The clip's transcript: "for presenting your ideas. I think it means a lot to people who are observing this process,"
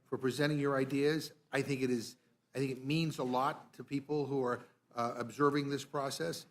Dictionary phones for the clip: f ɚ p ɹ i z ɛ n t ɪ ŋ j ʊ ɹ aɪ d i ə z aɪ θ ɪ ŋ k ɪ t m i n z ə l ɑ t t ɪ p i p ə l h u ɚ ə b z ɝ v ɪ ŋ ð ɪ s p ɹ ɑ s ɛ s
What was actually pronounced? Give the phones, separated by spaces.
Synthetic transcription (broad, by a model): f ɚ p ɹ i z ɛ t ɪ ŋ j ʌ ɹ aɪ d i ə z aɪ θ ɪ ŋ k ɪ t m i n z ə l ɑ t t ɪ p i p l h u ɚ ə b z ɝ v ɪ ŋ ð ɪ s p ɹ ɑ s ɛ s